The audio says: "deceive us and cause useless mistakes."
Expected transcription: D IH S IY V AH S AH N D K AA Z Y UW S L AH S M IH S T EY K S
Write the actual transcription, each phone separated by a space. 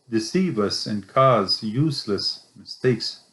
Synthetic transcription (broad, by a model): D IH S IY V AH S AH N K AA Z Y UW S L AH S M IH S T EY K S